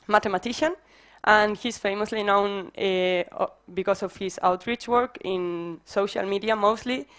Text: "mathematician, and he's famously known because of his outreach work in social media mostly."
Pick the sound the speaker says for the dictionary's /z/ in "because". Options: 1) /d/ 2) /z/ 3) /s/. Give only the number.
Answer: 3